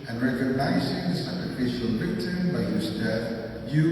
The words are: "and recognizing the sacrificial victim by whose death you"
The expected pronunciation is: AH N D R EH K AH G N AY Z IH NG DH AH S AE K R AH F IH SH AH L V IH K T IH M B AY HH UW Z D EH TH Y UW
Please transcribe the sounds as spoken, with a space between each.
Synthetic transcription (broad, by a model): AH N R EH K AH G N AY Z IH NG DH AH S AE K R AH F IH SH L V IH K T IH B AY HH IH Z D EH TH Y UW